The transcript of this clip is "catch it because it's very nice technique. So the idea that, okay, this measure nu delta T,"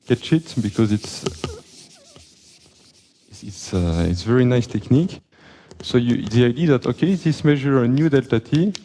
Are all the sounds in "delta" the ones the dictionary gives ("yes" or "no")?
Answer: yes